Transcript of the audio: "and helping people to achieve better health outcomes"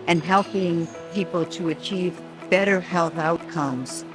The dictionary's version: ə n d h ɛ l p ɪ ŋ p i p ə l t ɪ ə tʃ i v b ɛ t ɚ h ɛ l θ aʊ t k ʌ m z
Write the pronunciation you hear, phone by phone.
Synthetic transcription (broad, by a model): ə n h ɛ l p ɪ ŋ p i p l t ɪ ə tʃ i v b ɛ t ɚ h ɛ l θ aʊ t k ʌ m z